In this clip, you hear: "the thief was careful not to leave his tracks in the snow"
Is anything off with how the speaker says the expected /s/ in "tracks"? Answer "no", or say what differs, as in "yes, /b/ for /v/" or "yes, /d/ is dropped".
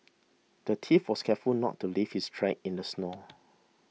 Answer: yes, /s/ is dropped